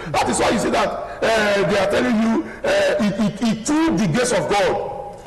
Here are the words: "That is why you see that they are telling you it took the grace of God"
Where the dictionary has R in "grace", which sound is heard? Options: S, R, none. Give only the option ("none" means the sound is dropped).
none